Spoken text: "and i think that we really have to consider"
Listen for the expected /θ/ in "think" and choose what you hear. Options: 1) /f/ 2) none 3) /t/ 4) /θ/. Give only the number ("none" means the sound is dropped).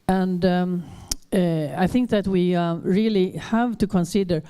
4